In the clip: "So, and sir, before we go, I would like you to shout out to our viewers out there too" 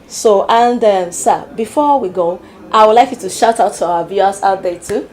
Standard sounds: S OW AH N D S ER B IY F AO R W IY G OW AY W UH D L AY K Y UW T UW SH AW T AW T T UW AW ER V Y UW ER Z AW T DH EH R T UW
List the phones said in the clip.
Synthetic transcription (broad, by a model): S OW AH N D S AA B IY F AO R W IY G OW AY W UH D L AY K Y UW T UW SH AW T AW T T UW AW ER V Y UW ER S AW T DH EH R T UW